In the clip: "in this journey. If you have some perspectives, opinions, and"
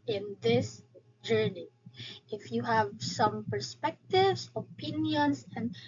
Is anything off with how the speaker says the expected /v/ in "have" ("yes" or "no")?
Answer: no